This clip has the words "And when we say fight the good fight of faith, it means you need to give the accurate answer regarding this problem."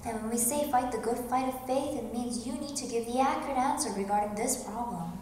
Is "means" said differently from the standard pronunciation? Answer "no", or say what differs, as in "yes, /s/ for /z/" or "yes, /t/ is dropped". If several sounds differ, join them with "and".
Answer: no